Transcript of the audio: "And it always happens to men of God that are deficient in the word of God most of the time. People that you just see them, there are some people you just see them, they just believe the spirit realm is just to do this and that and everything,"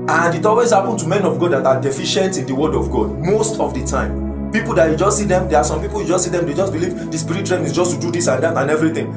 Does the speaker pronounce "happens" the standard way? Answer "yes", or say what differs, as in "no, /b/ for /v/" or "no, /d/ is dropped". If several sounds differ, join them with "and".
no, /z/ is dropped